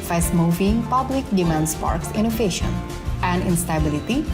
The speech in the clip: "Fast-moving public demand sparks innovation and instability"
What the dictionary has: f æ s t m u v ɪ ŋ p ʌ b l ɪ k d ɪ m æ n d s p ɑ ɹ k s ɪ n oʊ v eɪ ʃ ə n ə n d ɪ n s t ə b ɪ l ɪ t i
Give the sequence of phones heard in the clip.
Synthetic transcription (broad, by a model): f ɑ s m u v ɪ ŋ p ʌ b l ɪ k d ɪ m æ n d s p ɑ ɹ k s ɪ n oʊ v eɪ ʃ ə n ə n d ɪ n s t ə b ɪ l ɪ t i